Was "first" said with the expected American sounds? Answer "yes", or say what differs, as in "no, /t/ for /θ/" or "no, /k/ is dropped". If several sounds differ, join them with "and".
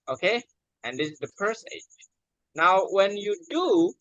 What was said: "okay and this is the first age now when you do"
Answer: no, /p/ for /f/ and /t/ is dropped